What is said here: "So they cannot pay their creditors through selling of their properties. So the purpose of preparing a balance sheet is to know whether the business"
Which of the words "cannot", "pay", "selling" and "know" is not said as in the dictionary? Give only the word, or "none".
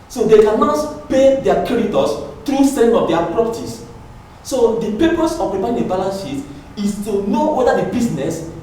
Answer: selling